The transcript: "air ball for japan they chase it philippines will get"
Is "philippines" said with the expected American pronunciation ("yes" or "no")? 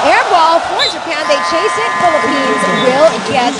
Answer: yes